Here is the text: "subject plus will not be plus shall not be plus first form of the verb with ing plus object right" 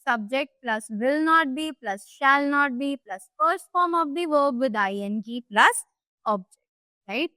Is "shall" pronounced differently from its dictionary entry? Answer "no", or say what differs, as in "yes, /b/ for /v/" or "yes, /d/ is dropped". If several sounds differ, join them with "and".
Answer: no